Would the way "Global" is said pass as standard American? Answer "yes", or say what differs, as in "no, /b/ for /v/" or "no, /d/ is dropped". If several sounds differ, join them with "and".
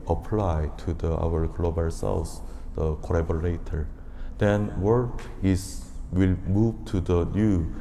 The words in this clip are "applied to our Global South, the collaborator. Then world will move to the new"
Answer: yes